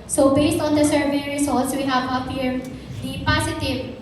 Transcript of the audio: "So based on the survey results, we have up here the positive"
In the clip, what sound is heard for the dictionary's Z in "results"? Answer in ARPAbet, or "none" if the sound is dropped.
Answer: S